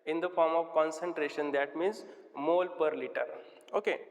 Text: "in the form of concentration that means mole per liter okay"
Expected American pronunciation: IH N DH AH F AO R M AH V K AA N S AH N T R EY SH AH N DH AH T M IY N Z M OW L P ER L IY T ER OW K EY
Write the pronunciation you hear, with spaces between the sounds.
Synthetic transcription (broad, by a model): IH N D AH F AO R M AH V K AA N S AH N T R EY SH AH N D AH T M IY N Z M OW L P ER L IY T ER OW K EY